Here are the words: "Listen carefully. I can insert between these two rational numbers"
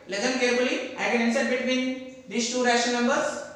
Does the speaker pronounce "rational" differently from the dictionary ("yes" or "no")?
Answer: yes